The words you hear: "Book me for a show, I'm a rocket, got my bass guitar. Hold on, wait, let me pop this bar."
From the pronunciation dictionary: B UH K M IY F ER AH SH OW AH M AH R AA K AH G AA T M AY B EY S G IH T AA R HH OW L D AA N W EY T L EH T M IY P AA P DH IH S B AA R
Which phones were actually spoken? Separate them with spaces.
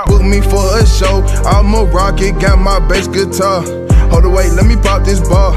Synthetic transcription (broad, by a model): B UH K M IY F ER AH SH OW AH M AH R AA K AH G AA T M AY B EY S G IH T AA HH OW L D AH W EY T L EH T M IY P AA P DH IH S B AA